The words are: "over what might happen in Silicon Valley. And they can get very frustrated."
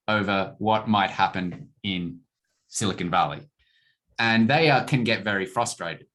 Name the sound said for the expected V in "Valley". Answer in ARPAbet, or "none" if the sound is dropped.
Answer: V